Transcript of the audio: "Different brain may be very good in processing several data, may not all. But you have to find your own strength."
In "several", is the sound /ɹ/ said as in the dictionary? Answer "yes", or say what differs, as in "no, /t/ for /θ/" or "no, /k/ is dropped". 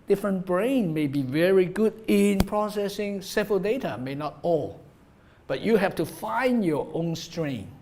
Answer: no, /ɹ/ is dropped